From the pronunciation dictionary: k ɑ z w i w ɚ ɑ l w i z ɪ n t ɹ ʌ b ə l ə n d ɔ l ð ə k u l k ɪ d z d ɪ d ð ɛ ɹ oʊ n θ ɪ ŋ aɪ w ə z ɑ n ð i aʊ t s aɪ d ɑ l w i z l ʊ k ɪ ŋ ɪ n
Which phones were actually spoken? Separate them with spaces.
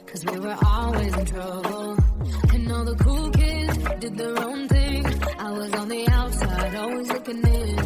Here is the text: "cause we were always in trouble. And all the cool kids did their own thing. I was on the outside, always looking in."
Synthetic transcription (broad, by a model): k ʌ z w i w ɚ ɑ l w i z ɪ n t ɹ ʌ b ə l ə n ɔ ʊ ð ə k u l k ɪ d z d ɪ d ð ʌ ɹ oʊ n θ ɪ ŋ aɪ w ə z n ð i aʊ t s aɪ d ɑ l w i z l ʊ k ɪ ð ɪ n